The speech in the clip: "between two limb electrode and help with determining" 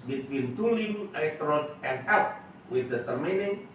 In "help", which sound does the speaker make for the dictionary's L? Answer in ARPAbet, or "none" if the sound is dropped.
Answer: none